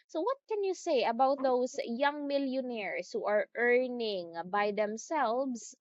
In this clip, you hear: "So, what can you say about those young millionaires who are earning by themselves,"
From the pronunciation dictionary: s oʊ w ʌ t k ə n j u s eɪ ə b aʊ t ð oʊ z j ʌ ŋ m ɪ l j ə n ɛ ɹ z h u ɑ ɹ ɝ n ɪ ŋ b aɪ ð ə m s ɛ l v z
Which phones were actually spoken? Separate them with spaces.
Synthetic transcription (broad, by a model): s oʊ w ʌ t k ə n j u s eɪ ə b aʊ t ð oʊ s j ʌ ŋ m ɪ l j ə n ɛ ɹ s h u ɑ ɹ ɝ n ɪ ŋ b aɪ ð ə m s ɛ l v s